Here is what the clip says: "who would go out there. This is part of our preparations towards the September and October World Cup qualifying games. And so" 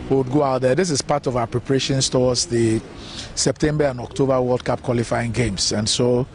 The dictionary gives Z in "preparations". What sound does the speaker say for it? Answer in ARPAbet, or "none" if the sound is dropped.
S